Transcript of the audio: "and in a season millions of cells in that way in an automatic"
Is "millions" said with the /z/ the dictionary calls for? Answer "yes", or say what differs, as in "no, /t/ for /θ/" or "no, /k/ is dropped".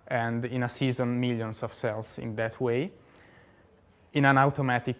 no, /s/ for /z/